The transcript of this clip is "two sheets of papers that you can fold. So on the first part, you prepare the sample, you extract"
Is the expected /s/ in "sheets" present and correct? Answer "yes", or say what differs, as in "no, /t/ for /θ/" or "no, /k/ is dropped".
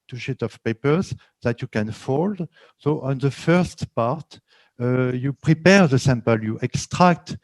no, /s/ is dropped